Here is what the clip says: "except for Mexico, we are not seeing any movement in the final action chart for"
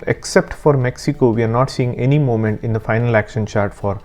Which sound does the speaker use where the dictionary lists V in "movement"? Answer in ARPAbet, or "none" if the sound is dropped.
none